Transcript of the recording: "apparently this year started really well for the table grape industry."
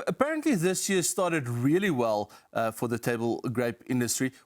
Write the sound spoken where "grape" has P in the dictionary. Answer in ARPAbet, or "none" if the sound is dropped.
P